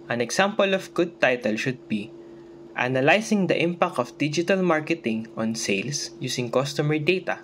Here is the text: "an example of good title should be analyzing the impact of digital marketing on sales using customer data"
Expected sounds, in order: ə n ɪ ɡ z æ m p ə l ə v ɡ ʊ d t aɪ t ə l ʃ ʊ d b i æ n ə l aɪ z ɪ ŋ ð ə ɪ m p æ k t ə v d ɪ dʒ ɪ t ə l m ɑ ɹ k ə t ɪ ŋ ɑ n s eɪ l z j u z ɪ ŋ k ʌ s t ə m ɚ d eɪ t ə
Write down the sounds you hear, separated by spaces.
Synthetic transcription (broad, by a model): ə n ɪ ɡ s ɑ m p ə l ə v ɡ ʊ d t aɪ t ə l ʃ ʊ d b i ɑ n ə l aɪ s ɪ ŋ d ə ɪ m p æ k t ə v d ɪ dʒ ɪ t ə l m ɑ ɹ k ə t ɪ ŋ ɑ n s eɪ l s j u s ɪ ŋ k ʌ s t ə m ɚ d eɪ t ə